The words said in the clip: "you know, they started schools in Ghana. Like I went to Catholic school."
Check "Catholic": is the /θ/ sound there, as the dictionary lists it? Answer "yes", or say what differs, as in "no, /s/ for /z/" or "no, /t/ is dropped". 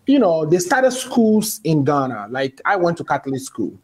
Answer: no, /t/ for /θ/